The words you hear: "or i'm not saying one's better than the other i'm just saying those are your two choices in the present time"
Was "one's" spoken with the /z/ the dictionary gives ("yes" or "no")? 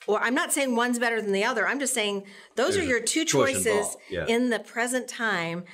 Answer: yes